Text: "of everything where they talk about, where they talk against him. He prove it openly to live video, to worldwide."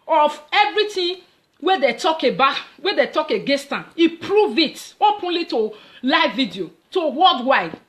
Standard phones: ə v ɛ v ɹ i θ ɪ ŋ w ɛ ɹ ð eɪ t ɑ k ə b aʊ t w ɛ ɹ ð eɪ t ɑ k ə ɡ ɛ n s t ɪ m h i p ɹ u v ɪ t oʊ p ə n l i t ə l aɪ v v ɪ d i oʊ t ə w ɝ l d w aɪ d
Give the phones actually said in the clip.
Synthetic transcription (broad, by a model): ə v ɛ v ɹ i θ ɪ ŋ w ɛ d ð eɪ t ɑ k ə b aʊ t w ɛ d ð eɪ t ɑ k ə ɡ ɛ s t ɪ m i p ɹ u v ɪ t oʊ p ə n l i t ə l aɪ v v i d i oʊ t ə w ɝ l d w aɪ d